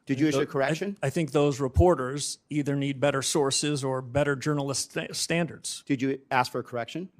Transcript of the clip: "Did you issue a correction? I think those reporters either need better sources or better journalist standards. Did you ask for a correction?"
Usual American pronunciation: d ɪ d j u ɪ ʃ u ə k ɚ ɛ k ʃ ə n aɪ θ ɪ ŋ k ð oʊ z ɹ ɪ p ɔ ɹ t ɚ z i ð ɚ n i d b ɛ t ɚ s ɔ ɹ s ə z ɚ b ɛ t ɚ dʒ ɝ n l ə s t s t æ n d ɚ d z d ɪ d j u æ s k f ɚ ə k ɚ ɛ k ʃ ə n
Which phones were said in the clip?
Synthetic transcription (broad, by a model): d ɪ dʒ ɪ u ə k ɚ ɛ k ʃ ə n aɪ θ ɪ ŋ k ð oʊ z ɹ ɪ p ɔ ɹ t ɚ z i ð ɚ n i d b ɛ t ɚ s ɔ ɹ s ə z ɚ b ɛ t ɚ dʒ ɝ n l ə s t s t æ n d ɚ d z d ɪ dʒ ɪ æ s k f ɚ ə k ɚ ɛ k ʃ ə n